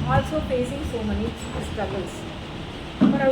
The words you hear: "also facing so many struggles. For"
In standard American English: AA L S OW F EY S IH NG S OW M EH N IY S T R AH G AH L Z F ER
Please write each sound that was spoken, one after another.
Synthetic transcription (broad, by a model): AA L S OW P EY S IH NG S OW M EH N IY S T R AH G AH L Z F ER